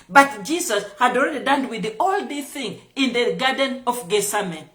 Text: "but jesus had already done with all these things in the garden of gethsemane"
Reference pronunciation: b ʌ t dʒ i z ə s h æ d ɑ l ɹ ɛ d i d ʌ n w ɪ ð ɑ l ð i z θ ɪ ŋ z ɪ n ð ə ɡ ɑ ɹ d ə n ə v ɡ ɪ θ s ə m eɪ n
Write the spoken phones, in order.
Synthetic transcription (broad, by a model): b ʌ t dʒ i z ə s h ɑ d ɑ l ɹ ɛ d i d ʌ n w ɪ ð ɑ l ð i θ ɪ ŋ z ɪ n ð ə ɡ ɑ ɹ d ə n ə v ɡ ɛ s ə m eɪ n